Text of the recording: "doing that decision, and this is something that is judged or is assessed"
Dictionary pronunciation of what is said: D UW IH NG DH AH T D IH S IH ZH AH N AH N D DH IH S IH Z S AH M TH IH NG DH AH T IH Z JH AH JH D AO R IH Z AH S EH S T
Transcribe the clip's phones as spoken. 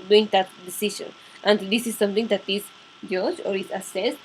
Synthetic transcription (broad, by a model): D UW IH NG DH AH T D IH S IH SH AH N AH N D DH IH S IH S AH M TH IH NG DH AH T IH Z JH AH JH AO R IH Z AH S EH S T